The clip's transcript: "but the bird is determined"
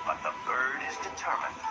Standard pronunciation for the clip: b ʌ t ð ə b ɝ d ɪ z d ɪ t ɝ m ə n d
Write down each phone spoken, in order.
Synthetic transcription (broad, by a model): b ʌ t ð ə b ɝ d ɪ z d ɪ t ɝ m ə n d